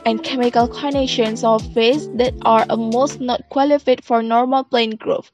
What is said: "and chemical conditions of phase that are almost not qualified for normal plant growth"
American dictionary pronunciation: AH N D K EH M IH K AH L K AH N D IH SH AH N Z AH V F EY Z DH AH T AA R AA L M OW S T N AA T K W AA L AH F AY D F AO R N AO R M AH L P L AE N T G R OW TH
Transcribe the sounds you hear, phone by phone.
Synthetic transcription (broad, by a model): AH N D K EH M IH K AH L K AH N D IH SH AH N S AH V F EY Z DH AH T AA R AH M OW S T N AA T K W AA L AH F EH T F AO R N AO R M AH L P L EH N G R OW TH